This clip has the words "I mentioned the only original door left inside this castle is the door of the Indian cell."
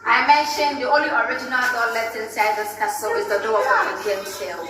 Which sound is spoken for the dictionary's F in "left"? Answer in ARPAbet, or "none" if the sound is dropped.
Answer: none